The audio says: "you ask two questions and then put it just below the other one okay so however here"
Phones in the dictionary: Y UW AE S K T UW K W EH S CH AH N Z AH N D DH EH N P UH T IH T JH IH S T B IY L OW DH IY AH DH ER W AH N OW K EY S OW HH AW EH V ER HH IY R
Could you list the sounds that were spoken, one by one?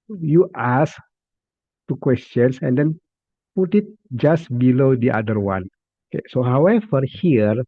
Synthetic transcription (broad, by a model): Y UW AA S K T UW K W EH S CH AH N S AH N D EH N P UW T IH T JH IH S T B IY L OW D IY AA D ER W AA N OW K EY S OW HH AW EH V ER HH IY R